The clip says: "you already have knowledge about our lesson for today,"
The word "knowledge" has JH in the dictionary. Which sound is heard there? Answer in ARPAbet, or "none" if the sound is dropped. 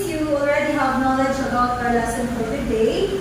JH